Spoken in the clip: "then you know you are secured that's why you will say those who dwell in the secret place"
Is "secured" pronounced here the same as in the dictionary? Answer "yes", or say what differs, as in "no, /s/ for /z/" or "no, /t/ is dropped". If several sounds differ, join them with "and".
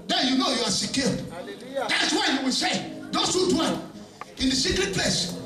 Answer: no, /l/ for /ɹ/